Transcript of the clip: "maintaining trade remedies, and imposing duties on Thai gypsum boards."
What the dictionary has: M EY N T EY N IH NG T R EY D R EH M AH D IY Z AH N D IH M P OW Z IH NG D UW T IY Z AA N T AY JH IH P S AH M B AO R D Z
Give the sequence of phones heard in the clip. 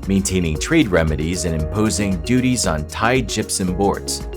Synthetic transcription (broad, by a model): M EY N T EY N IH NG T R EY D R EH M AH D IY Z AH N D IH M P OW Z IH NG D UW T IY Z N T AY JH IH P S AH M B AO R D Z